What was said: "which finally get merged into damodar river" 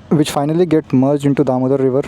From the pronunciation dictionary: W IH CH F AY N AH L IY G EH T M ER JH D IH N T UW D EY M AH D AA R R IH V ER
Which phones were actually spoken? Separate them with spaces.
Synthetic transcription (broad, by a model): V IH CH F AY N AH L IY G EH T M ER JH IH N T UW D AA M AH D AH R R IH V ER